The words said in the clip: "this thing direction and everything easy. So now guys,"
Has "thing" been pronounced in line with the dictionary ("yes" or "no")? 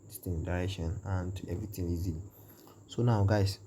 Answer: no